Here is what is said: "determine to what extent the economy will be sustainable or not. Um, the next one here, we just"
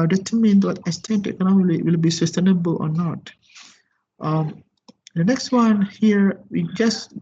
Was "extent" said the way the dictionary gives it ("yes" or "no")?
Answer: no